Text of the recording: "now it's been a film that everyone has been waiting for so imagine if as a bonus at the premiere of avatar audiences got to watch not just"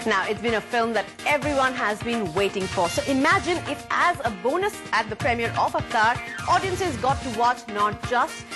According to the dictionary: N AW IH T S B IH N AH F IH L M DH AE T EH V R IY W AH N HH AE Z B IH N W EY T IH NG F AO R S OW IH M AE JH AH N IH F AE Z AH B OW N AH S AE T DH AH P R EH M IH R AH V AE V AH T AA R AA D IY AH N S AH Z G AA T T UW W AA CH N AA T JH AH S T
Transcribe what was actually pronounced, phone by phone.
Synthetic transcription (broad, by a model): N AW IH T S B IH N AH F IH L M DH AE T EH V R IY W AH N HH AE Z B IH N W EY T IH NG F AO R S OW IH M AE JH AH N IH F AE Z AH B OW N AH S AE T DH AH P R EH M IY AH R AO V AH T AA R AA D IY AH N S AH Z G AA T T UW W AA CH N AA T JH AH S T